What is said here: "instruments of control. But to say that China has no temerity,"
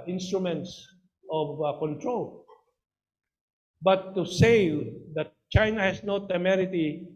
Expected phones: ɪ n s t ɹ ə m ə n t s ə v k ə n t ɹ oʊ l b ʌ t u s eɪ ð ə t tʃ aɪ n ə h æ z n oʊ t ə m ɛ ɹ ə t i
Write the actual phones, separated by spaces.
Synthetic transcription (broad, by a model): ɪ n s t ɹ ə m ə n t s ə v k ə n t ɹ oʊ l b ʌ t u s eɪ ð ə t tʃ aɪ n ə h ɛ s n oʊ t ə m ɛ ɹ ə t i